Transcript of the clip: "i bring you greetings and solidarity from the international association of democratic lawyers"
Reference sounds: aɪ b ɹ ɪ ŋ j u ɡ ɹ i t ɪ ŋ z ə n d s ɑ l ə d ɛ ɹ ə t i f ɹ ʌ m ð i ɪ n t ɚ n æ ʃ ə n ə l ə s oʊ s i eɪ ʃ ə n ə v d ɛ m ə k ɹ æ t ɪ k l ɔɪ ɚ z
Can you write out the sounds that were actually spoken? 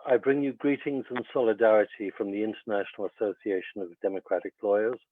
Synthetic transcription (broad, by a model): aɪ b ɹ ɪ ŋ j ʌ ɡ ɹ i t ɪ ŋ z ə n s ɑ l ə d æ ɹ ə t i f ɹ ʌ m ð i ɪ n t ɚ n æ ʃ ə n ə l ə s oʊ s i eɪ ʃ ə n ə v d ɛ m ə k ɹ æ t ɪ k l ɔɪ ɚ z